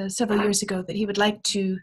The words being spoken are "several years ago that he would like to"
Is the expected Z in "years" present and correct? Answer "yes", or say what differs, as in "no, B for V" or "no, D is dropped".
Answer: yes